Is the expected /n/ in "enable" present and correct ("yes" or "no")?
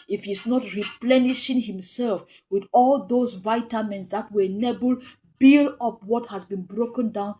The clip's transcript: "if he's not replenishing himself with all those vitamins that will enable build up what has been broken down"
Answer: yes